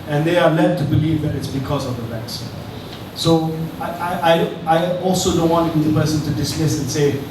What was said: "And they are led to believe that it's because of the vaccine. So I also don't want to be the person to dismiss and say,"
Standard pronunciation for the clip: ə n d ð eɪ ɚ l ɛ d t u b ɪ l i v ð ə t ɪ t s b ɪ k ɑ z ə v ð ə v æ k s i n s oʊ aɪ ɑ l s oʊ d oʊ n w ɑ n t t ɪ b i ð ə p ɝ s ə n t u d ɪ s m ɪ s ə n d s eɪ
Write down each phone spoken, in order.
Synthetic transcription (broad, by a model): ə n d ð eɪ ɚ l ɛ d t u b ɪ l i v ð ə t ɪ t s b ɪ k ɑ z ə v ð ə b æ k s s oʊ aɪ ɑ l s oʊ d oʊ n w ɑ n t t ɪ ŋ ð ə p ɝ s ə n t u d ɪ s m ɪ s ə n s eɪ